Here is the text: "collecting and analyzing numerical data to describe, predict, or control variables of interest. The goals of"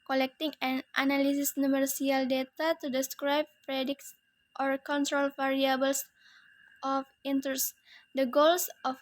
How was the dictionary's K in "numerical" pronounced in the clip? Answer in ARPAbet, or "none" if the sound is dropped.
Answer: none